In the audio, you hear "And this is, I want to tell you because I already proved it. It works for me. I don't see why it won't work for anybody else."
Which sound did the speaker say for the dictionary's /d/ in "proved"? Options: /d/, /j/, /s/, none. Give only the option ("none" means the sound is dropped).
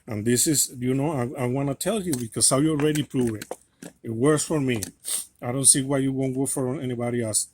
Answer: none